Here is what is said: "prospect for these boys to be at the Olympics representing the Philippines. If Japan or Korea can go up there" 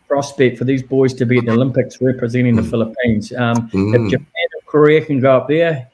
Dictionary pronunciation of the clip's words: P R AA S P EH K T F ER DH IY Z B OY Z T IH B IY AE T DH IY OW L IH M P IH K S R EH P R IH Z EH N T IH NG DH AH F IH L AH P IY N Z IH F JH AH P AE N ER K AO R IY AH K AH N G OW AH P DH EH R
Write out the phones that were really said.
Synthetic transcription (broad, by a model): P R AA S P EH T F ER DH IY Z B OY Z T IH B IY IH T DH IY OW L IH M P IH K S R EH P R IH Z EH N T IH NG DH AH F IH L AH P IY N Z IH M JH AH P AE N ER K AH R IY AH K AH N G OW AH P DH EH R